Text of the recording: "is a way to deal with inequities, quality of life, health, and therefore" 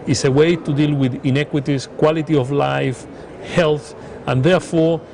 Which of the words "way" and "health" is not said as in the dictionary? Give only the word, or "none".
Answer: none